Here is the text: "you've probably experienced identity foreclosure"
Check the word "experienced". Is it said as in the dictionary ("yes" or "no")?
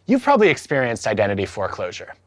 yes